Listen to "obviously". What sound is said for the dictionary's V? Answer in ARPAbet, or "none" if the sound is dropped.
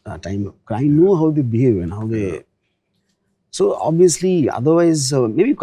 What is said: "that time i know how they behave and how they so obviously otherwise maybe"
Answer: none